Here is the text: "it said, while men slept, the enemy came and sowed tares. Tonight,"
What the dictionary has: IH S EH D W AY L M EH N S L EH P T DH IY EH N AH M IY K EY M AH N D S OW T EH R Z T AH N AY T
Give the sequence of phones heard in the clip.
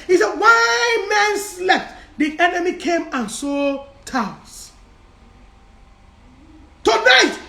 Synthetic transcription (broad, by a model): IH S EH D W AY M EH N S L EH F T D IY EH N AH M IY K EY M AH N S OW T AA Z T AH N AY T